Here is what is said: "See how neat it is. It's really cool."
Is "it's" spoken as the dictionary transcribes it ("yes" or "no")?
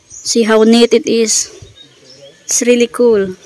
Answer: no